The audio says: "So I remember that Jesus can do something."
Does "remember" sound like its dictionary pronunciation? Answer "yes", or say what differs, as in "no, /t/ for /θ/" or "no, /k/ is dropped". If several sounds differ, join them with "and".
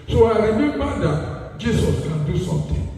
no, /b/ is dropped